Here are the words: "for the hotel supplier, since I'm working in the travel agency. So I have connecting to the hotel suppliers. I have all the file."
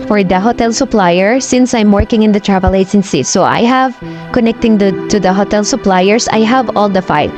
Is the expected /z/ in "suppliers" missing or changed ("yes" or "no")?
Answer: yes